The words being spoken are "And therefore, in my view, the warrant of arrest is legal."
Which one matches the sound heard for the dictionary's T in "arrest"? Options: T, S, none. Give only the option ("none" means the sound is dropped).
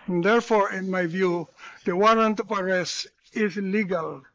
none